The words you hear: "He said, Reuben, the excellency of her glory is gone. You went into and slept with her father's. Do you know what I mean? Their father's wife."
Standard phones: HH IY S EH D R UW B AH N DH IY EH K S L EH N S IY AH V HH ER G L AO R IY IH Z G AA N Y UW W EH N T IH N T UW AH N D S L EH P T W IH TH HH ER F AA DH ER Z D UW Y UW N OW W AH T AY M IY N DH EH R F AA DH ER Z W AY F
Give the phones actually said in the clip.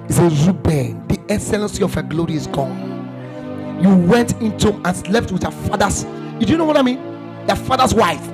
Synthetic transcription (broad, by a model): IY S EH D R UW B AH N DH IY EH K S L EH N S IY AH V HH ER G L AO R IY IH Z G AA N Y UW W EH N T IH N T UW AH N S L EH P T W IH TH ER F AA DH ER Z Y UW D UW N OW W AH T AY M IY N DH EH F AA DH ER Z W AY F